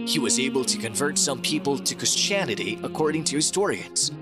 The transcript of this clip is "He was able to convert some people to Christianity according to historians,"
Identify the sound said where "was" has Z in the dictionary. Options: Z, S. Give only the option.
Z